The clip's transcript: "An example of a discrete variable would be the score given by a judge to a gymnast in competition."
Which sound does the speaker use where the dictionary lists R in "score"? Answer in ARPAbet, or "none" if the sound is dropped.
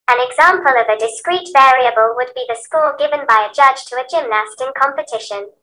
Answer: L